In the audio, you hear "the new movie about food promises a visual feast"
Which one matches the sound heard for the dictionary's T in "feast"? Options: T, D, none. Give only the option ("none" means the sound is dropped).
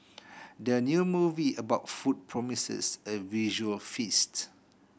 T